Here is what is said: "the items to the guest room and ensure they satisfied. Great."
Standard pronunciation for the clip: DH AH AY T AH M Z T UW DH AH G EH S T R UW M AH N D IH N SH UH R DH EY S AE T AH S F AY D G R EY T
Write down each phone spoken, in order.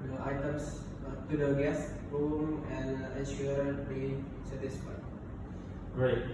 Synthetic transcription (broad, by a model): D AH AY T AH M S T UW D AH G EH S T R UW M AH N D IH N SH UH R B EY S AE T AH S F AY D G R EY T